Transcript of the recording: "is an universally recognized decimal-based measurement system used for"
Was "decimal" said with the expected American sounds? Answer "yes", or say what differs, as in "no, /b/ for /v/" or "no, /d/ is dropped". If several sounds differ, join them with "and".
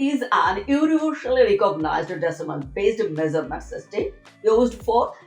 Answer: no, /n/ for /l/